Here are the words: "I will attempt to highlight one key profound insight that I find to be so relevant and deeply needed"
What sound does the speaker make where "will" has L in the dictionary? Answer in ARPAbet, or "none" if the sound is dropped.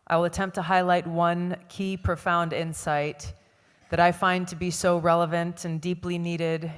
L